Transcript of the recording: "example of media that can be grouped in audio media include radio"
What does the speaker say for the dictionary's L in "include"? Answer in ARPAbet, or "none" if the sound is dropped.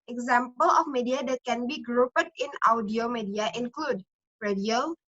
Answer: L